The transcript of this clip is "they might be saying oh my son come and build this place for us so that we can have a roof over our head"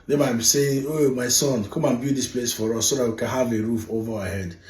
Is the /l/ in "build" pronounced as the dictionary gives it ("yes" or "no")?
no